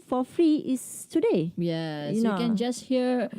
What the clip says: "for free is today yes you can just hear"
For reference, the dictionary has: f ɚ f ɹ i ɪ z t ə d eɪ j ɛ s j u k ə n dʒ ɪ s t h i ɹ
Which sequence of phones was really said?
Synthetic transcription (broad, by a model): f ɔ f ɹ i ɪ s t ə d eɪ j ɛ j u k ə n dʒ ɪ s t h i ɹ